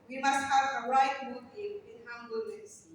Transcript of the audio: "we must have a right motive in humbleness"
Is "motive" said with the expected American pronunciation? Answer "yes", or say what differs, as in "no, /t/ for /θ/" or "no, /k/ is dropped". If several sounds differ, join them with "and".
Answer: no, /v/ is dropped